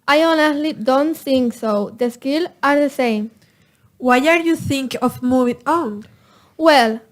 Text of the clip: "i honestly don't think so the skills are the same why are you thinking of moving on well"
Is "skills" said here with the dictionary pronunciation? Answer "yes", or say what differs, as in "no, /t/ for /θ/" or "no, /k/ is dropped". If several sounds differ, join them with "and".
no, /z/ is dropped